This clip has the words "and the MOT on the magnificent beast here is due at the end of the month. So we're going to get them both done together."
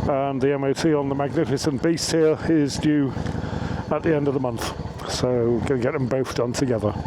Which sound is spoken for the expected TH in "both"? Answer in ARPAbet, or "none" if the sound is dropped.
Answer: TH